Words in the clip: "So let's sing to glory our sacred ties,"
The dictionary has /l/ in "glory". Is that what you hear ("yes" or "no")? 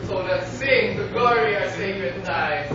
no